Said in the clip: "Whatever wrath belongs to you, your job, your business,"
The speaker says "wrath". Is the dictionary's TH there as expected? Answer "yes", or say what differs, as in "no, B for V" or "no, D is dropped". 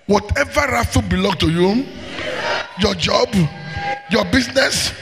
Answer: no, F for TH